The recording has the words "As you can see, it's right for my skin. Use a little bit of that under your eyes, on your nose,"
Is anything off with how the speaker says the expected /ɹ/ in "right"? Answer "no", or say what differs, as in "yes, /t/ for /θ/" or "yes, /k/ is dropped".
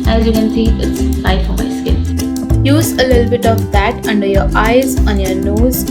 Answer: yes, /l/ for /ɹ/